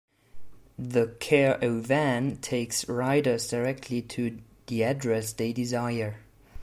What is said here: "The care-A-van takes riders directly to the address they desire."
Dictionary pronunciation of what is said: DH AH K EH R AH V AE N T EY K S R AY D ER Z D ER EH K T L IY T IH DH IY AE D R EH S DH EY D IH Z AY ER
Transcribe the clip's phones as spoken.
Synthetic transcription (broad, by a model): DH AH K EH R AH V AE N T EY K S R AY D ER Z D ER EH K T L IY T IH DH IY AE D R EH S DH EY D IH Z AY ER